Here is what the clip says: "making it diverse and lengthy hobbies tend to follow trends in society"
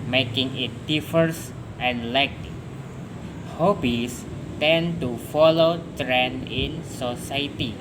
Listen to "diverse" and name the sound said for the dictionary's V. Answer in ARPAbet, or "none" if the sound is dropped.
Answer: F